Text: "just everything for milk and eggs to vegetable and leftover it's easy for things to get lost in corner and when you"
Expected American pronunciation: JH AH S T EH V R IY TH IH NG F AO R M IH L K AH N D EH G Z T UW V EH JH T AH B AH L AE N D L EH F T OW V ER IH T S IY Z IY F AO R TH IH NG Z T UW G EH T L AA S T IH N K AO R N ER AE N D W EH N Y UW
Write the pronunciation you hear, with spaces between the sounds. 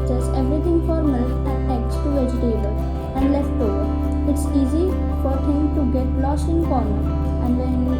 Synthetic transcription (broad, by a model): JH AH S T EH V R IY T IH NG F AO R M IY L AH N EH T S T UW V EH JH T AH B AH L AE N D L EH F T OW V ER IH T S IY Z IY F AO R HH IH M T UW G EH T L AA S IH N K AO R N ER AE N D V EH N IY